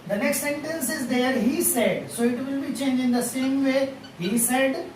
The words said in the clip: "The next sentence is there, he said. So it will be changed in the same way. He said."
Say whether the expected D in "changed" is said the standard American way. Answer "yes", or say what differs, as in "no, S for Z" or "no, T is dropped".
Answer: no, D is dropped